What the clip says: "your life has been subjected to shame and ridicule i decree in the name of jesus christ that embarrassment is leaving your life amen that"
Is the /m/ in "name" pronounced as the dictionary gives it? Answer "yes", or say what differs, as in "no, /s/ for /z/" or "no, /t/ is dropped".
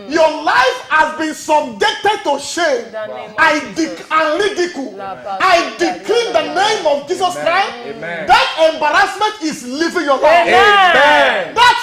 yes